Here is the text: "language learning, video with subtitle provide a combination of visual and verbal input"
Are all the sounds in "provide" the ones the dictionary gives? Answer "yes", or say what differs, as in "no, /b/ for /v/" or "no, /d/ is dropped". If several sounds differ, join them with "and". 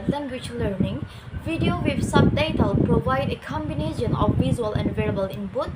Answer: yes